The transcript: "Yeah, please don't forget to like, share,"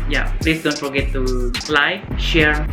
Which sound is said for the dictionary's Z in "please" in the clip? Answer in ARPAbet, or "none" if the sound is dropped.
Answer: S